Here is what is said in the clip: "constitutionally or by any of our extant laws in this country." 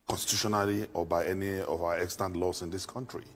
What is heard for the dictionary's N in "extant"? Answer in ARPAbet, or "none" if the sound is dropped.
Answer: N